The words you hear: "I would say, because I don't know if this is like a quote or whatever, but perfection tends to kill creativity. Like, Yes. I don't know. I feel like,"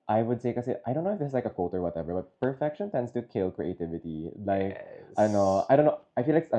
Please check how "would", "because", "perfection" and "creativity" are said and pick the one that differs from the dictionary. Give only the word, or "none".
because